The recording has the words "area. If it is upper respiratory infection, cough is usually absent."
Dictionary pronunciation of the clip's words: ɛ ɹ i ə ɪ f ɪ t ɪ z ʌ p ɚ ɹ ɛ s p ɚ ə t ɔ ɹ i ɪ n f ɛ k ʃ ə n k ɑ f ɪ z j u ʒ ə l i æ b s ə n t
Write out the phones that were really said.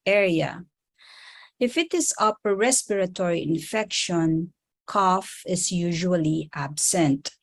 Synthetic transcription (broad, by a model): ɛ ɹ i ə ɪ f ɪ t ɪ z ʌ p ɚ ɹ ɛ s p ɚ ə t ɔ ɹ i ɪ n f ɛ k ʃ ə n k ɑ f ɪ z j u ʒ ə l i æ b s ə n t